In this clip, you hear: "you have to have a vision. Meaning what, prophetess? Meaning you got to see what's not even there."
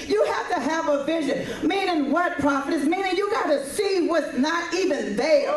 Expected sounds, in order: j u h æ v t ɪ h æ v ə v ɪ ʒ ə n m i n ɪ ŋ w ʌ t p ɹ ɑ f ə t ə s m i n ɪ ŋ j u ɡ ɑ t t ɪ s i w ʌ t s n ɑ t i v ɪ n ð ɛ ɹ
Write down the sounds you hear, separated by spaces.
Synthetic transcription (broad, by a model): j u h æ f t ɪ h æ v ə v ɪ ʒ ə n m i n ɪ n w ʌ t p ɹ ɑ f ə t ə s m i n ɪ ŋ j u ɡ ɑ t t ɪ s i w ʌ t n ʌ t i v ɪ n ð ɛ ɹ